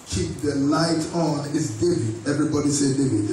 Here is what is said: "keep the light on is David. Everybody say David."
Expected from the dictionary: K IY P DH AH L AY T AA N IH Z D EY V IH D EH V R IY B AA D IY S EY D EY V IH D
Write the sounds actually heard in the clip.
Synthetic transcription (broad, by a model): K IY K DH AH L AY T AA N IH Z D EY V IH D EH V R IY B AA D IY S EY D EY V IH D